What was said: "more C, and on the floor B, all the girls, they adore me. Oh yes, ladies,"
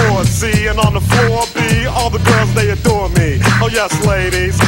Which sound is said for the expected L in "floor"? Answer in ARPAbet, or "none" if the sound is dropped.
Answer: none